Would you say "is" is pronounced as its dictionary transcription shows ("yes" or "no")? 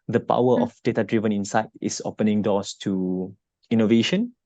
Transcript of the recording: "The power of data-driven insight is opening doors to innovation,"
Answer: no